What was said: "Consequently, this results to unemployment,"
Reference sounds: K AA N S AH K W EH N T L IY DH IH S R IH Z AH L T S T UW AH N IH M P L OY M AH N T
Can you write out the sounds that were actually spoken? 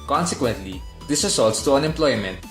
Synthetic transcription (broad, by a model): K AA N S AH K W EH N T L IY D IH S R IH S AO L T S T UW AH N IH M P L OY M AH N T